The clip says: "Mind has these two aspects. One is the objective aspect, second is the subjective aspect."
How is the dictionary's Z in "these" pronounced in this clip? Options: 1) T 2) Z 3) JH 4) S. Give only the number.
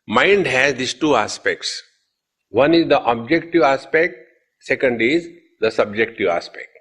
4